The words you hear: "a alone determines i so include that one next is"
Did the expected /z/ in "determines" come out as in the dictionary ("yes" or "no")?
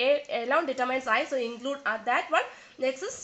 no